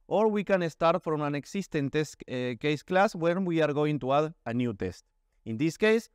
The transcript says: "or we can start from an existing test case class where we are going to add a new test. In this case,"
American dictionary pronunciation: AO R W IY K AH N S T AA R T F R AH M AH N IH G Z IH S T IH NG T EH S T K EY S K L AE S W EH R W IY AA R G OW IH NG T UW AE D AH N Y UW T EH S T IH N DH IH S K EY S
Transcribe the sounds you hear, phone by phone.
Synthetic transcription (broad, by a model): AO R W IY K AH N S T AA R T F R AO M AH N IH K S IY S T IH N T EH S K EY S K L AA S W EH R W IY AA R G OW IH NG T UW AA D AH N Y UW T EH S T IH N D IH S K EY S